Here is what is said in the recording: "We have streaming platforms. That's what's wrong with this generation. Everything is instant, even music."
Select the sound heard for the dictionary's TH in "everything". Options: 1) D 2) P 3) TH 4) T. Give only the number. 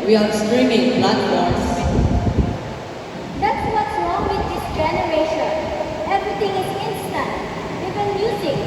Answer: 4